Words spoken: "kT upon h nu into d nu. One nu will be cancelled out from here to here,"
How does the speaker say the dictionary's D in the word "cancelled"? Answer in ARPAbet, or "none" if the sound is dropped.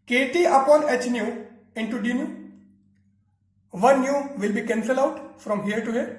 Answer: none